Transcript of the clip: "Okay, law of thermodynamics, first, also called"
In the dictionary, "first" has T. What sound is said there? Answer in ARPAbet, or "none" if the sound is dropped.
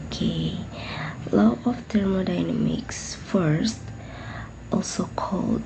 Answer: T